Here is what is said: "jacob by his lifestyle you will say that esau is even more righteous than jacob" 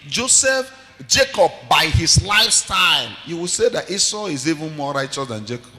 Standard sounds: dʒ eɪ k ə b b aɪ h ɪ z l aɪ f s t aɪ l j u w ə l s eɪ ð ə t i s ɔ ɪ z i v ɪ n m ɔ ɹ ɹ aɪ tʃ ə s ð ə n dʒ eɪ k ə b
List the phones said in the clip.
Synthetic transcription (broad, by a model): dʒ eɪ k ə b b aɪ h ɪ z l aɪ f s t aɪ l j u w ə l s eɪ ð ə t i s ɔ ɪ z i v ɪ n m ɔ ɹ ɹ aɪ tʃ ə s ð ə n dʒ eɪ k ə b